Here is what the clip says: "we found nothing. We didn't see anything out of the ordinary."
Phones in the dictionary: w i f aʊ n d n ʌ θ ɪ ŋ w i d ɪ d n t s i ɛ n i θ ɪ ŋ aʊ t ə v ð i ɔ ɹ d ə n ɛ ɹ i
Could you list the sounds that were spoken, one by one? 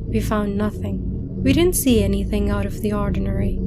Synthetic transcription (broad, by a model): w i f aʊ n n ʌ θ ɪ ŋ w i d ɪ d n t s i ɛ n i θ ɪ ŋ aʊ t ə v ð i ɔ ɹ d n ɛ ɹ i